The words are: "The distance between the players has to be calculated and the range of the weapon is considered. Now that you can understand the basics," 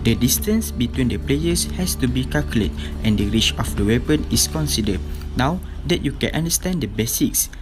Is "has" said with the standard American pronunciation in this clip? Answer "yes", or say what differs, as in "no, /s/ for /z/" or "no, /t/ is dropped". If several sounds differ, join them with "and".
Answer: no, /s/ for /z/